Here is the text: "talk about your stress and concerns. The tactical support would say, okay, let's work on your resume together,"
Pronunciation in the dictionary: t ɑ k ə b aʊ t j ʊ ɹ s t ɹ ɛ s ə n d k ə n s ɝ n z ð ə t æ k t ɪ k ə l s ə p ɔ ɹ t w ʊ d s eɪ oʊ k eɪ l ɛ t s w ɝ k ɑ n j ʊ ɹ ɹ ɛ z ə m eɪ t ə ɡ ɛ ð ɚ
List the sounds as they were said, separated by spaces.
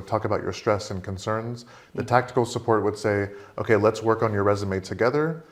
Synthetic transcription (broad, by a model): t ɑ k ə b aʊ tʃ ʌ ɹ s t ɹ ɛ s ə n k ə n s ɝ n z ð ə t æ k t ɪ k l s ə p ɔ ɹ t w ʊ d s eɪ oʊ k eɪ l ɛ t s w ɝ k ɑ n j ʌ ɹ ɹ ɛ z ə m eɪ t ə ɡ ɛ ð ɚ